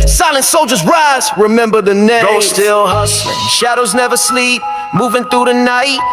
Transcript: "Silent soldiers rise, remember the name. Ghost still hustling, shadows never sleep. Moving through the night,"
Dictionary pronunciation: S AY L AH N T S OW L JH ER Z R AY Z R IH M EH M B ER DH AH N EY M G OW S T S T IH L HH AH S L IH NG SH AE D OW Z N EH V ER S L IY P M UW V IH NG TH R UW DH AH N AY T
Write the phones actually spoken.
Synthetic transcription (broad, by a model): S AY L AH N T S OW L JH ER Z R AY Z R IH M EH M B ER DH AH N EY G OW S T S T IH L HH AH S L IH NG SH AE D OW Z N EH V ER S L IY P M UW V IH NG TH R UW DH AH N AY T